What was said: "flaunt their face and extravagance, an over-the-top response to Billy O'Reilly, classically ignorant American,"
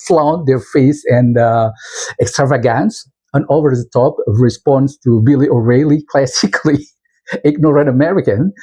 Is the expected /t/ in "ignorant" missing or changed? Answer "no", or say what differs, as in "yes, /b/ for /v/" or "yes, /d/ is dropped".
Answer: yes, /t/ is dropped